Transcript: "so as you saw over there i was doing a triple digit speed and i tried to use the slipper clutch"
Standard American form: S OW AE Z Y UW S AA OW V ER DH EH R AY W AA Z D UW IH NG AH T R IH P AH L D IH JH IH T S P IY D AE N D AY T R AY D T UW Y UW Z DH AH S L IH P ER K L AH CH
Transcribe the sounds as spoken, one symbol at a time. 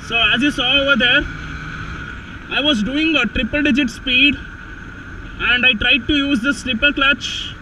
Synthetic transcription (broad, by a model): S OW AE Z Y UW S AA OW V ER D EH R AY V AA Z D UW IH NG AH T R IH P AH L D IH JH IH T S P IY D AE N D AY T R AY D T UW Y UW Z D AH S L IH P ER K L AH CH